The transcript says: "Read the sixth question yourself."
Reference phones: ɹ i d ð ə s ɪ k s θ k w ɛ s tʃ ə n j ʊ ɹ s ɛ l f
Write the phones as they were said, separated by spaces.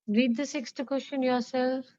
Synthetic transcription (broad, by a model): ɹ i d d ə s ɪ k s t k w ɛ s ʃ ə n j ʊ ɹ s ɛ l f